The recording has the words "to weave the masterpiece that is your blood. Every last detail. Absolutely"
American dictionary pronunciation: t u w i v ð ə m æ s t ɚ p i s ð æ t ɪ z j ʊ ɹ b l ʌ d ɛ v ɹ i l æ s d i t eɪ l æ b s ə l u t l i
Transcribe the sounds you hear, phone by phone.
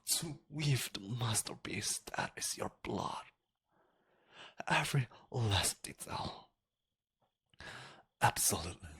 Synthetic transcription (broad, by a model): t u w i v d m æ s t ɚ b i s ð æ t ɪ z j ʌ ɹ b l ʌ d ɛ v ɹ i l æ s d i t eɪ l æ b s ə l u t l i